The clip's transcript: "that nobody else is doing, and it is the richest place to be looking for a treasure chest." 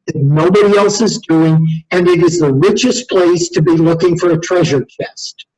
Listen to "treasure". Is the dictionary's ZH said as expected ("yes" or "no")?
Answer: yes